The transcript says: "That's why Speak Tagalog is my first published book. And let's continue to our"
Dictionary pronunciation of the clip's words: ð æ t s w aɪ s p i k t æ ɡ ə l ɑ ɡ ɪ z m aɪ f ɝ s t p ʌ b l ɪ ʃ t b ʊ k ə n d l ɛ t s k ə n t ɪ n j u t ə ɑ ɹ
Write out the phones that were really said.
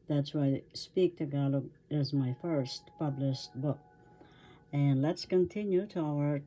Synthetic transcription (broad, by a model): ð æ t s w aɪ s p i k t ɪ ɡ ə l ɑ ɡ ɪ z m aɪ f ɝ s t p ʌ b l ɪ ʃ t b ʊ k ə n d l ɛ t s k ə n t ɪ n j u t ə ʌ ɹ